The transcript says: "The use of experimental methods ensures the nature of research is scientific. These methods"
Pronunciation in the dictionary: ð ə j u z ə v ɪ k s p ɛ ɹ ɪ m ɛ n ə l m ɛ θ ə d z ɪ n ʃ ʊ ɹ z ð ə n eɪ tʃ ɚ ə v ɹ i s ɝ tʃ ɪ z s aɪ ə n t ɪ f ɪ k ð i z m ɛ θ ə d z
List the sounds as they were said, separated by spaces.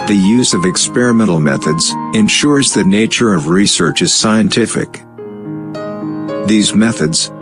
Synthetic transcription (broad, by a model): ð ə j u z ə v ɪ k s p ɛ ɹ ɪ m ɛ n l m ɛ θ ə d z ɪ n ʃ ʊ ɹ z ð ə n eɪ tʃ ɚ ə v ɹ i s ɝ tʃ ɪ z s aɪ ə n t ɪ f ɪ k ð i z m ɛ θ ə d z